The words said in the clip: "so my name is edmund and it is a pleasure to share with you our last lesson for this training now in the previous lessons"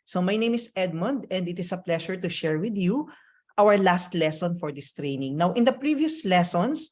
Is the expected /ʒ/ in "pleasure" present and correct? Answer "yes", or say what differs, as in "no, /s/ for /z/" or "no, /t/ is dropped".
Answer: no, /ʃ/ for /ʒ/